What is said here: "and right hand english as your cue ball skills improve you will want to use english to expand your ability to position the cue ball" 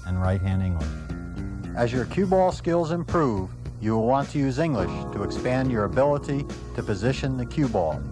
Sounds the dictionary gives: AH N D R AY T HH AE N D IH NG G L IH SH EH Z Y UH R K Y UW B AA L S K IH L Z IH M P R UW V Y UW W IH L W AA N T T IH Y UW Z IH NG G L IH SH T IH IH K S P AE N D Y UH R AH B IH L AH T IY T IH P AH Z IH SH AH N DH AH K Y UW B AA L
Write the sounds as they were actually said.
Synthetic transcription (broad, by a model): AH N R AY T HH AE N D IH NG G L IH SH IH Z Y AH R K Y UW B AA L S K IH L Z IH M P R UW V Y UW W IH L W AA N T T IH Y UW Z IH NG G L IH SH T IH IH K S P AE N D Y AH R AH B IH L AH T IY T IH P AH Z IH SH AH N DH AH K Y UW B AA L